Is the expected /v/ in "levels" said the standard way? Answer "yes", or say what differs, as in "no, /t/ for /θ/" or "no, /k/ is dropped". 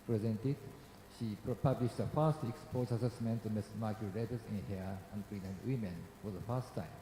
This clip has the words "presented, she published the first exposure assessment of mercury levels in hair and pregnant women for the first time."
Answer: no, /b/ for /v/